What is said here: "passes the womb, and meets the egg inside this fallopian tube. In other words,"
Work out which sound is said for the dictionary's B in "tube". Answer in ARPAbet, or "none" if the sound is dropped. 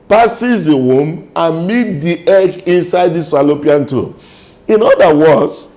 none